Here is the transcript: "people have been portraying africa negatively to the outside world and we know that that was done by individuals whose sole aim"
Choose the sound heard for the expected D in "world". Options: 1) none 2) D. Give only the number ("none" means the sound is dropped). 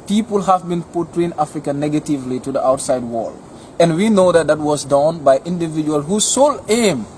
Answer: 1